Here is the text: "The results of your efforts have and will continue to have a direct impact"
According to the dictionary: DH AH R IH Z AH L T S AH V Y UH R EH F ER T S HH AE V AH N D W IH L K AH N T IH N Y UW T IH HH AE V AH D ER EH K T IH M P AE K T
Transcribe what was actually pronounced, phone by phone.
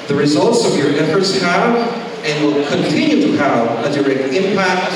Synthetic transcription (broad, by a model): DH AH R IH Z AH L T S AH V Y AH R EH F ER T S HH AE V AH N W IH L K AH N T IH N Y UW T IH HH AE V AH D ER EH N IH M P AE K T